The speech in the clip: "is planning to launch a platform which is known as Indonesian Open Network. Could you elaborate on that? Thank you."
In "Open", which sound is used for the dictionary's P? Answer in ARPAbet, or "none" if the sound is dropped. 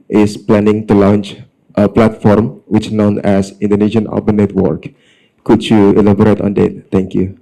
B